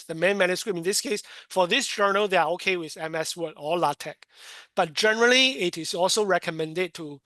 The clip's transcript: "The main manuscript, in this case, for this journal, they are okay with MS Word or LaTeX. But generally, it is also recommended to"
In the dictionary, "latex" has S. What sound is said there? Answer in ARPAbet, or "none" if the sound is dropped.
none